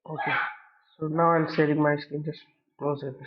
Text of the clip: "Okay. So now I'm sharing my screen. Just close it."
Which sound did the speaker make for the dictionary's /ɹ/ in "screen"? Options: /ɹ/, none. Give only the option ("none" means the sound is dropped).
none